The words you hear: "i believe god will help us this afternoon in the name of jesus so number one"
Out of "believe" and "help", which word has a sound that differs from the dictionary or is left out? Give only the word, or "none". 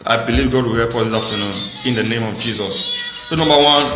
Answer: help